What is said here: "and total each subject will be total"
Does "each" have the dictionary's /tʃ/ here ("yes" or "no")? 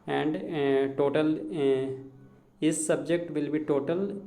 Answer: no